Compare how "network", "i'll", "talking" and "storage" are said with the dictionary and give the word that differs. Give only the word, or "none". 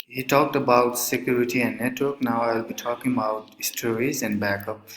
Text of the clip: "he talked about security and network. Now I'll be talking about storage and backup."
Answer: storage